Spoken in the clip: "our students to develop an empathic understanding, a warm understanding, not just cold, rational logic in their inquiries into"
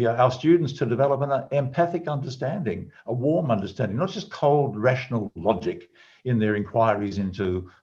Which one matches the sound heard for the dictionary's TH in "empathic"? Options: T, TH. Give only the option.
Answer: TH